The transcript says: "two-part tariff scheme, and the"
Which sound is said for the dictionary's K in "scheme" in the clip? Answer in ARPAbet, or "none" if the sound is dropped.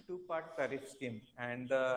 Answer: none